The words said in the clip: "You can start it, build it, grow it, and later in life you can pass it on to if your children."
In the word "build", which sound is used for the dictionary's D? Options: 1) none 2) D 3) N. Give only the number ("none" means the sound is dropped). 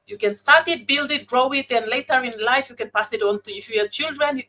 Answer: 2